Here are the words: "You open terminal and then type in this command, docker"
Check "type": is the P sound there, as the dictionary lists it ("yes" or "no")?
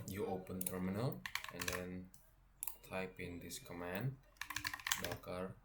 yes